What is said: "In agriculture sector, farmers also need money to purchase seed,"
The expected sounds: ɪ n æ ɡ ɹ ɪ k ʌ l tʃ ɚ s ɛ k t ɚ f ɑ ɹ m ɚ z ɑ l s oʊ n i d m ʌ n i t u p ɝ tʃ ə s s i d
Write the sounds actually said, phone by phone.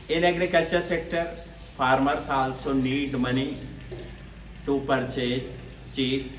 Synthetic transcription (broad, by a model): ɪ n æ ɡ ɹ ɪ k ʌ l tʃ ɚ s ɛ k t ɚ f ɑ ɹ m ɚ s ɑ l s oʊ n i d m ʌ n i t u p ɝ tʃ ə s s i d